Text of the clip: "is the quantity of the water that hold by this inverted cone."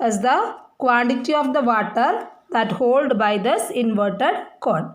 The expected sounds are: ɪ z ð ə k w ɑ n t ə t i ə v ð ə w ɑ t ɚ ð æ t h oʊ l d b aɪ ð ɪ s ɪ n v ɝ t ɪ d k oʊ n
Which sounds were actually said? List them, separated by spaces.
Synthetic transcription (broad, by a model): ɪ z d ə k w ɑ n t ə t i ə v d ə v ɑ t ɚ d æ t h oʊ l d b aɪ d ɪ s ɪ n v ɝ t ɪ d k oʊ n